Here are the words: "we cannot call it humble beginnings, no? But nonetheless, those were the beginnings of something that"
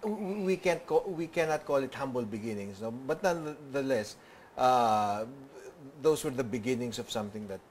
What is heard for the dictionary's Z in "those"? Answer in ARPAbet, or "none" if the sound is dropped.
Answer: S